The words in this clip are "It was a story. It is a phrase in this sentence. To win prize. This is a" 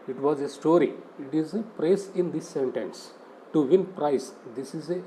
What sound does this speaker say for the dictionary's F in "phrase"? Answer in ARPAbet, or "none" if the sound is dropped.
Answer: P